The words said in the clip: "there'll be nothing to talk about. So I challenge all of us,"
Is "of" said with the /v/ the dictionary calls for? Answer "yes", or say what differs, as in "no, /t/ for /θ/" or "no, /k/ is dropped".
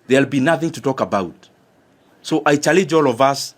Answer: yes